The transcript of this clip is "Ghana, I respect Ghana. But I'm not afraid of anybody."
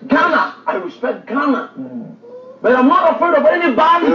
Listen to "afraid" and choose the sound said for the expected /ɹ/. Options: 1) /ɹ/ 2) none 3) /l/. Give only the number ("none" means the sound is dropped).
2